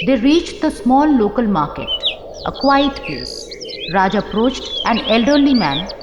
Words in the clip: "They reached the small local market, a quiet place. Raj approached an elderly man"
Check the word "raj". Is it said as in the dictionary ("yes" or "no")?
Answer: yes